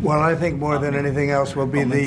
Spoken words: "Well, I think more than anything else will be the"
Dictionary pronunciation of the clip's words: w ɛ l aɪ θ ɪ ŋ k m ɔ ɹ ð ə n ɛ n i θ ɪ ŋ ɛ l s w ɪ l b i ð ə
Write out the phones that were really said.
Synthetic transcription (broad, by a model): w ɛ l aɪ θ ɪ ŋ k m ɔ ɹ ð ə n ɛ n i θ ɪ ŋ ɛ l s w ɪ l b i ð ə